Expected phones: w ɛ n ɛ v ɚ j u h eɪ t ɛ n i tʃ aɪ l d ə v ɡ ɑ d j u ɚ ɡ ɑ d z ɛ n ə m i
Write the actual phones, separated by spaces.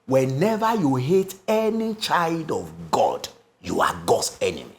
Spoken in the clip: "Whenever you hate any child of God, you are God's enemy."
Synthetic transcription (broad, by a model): w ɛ n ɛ v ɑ j u h eɪ t ɛ n i tʃ aɪ l d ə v ɡ ɑ d j u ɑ ɡ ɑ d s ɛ n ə m i